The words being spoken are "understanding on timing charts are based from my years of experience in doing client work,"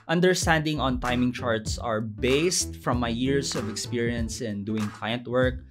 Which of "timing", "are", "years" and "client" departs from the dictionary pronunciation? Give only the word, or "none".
years